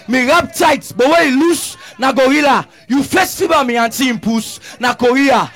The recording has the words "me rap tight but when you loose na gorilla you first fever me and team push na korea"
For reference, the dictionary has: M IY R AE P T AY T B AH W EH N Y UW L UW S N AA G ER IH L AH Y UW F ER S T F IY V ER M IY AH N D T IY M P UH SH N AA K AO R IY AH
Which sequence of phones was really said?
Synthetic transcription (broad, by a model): M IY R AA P T AY T B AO W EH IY L UW S N AA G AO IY L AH Y UW F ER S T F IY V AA M IY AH N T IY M P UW S N AA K AO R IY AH